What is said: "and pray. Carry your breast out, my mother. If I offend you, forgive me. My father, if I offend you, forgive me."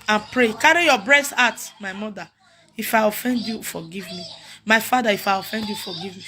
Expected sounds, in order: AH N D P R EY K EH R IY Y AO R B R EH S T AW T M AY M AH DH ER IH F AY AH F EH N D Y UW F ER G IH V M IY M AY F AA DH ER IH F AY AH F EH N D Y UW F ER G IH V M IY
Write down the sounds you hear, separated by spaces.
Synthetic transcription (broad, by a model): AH N P R EY K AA R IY Y AO B R EH S T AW T M AY M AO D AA IH F AY AH F EH N D Y UW F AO G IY V M IY M AY F AA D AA IH F AY AH F EH N D Y UW F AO G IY V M IY